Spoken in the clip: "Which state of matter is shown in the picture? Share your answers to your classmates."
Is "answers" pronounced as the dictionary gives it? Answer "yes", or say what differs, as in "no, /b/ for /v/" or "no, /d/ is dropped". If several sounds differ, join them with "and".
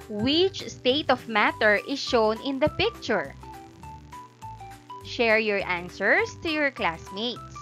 no, /s/ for /z/